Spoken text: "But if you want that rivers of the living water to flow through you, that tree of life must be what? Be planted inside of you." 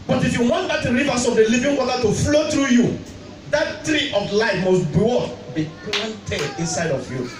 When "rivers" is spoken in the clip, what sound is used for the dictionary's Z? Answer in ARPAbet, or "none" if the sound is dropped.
S